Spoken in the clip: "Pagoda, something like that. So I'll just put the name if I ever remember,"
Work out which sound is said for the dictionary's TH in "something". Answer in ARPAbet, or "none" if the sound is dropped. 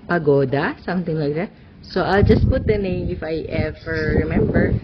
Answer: T